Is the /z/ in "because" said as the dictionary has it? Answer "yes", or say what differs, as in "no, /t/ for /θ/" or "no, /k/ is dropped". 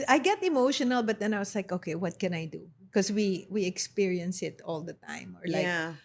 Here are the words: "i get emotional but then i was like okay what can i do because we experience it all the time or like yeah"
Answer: no, /z/ is dropped